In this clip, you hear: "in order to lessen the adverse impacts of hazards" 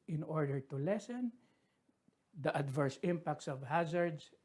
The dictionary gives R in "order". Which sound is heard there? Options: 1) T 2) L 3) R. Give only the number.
3